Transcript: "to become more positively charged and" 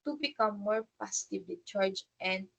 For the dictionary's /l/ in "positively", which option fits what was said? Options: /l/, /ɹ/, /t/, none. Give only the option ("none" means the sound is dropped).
none